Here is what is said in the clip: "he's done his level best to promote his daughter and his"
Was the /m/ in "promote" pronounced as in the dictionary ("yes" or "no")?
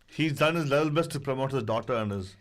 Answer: yes